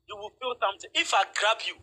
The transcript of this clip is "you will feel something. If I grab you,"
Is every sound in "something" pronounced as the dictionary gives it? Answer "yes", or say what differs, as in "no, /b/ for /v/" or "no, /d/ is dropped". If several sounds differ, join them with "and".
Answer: no, /t/ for /θ/